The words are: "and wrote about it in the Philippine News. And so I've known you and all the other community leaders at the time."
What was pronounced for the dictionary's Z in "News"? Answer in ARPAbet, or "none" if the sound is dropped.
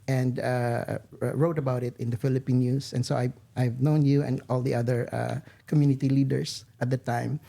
S